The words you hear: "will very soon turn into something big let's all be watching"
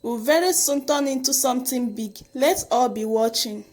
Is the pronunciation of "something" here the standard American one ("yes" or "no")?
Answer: no